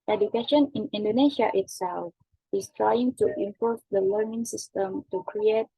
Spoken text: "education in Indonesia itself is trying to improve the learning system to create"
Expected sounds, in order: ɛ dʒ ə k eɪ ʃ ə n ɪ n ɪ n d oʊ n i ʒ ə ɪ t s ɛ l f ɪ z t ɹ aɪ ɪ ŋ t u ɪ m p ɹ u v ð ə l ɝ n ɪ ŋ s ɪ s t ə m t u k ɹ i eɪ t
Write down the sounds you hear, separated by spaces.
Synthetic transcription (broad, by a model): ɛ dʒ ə k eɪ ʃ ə n ɪ n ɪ n d oʊ n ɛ ʃ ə ɪ t s ɛ l f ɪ s t ɹ aɪ ɪ ŋ t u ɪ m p ɔ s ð ə l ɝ n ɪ ŋ s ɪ s t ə m t u k ɹ i eɪ t